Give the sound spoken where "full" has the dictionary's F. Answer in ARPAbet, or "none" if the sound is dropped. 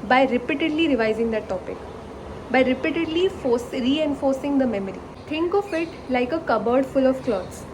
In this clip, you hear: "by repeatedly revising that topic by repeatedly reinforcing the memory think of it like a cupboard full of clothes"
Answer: F